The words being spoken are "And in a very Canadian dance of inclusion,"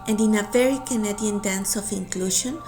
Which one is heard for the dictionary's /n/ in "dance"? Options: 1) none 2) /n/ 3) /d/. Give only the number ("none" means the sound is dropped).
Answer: 2